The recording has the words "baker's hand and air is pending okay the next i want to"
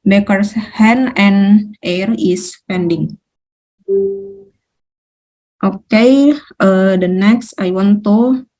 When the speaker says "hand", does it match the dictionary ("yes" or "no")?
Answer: no